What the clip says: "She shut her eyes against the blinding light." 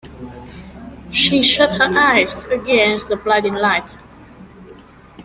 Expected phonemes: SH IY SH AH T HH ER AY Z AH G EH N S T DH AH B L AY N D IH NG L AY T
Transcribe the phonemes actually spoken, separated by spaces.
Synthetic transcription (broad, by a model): SH IY SH AH T HH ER AY Z AH G EH N S T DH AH B L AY D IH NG L AY T